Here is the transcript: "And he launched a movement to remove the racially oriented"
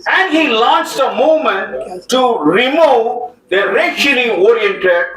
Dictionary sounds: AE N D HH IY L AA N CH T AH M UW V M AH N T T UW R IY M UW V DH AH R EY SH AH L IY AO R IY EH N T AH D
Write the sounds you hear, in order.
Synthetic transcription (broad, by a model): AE N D HH IY L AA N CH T AH M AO M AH N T T UW R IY M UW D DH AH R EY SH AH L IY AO R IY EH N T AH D